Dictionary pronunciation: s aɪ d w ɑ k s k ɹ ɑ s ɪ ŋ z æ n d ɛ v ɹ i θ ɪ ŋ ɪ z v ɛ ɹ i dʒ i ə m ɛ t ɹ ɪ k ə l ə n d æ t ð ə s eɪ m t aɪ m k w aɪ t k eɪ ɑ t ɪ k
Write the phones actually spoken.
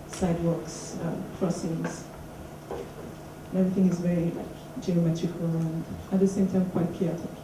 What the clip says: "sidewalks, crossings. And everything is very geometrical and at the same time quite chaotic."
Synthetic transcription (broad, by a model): s aɪ d w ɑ k s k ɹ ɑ s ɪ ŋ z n ɛ v ɹ i θ ɪ ŋ ɪ z v ɛ ɹ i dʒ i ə m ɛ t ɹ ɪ k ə l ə n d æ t ð ə s eɪ m t aɪ m k w aɪ t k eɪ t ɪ